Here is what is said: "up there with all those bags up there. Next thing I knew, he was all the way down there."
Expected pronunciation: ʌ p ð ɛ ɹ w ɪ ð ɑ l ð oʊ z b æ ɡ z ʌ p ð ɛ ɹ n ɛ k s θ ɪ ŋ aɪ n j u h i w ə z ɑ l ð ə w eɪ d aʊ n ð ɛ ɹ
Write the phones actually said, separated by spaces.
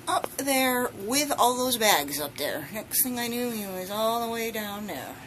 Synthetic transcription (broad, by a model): ʌ p ð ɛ ɹ w ɪ ð ɑ l ð oʊ z b æ ɡ z ʌ p ð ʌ ɹ n ɛ k s θ ɪ ŋ aɪ n j u h i w ə z ɑ l ð ə w eɪ d aʊ n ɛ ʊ